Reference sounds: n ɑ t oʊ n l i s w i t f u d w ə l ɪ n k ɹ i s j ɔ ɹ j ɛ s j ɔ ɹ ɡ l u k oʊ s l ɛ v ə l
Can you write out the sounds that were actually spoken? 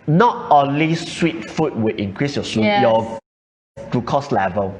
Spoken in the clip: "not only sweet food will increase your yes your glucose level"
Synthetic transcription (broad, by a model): n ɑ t oʊ n l i s w i t f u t w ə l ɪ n k ɹ i s j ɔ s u j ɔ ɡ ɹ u k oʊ s l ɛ v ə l